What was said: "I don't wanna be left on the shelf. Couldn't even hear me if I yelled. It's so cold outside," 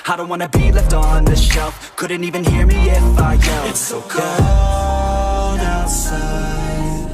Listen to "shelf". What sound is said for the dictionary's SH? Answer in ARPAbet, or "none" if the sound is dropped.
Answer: SH